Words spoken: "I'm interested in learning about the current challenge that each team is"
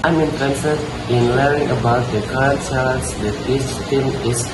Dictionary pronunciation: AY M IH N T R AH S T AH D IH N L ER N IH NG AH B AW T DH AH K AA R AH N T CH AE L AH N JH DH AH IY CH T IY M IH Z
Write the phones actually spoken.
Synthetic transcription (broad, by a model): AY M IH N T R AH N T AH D IH N L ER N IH NG AH B AW T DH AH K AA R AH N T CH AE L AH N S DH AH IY S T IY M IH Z